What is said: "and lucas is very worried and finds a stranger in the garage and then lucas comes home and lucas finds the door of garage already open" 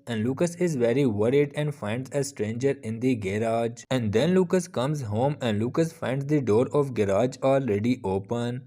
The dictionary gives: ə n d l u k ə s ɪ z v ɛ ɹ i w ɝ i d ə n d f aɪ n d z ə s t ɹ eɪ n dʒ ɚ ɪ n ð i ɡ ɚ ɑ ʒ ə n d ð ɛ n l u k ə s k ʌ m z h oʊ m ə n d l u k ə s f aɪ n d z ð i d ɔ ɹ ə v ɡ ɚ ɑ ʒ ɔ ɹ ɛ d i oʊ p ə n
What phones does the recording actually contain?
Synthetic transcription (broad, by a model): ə n d l u k ə s ɪ z v ɛ ɹ i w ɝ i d ə n d f aɪ n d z ə s t ɹ eɪ n dʒ ɚ ɪ n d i ɡ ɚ ɑ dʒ ə n d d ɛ n l u k ə s k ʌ m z h oʊ m ə n d l u k ə s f aɪ n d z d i d ɔ ɹ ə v ɡ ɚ ɑ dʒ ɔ l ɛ d i oʊ p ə n